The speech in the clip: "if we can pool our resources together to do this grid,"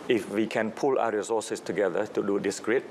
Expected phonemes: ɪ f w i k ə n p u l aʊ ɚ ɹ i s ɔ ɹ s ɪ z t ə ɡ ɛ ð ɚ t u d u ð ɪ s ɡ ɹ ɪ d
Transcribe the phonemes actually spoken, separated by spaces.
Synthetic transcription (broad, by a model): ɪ f w i k ə n p u l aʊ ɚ ɹ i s ɔ s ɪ s t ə ɡ ɛ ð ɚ t u d u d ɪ s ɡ ɹ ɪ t